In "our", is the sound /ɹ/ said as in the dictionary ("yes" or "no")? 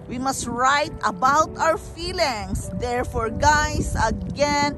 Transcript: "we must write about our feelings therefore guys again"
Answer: no